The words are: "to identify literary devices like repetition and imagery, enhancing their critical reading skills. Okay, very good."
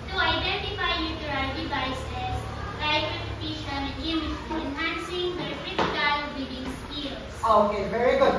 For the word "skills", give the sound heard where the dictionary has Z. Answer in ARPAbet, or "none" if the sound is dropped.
S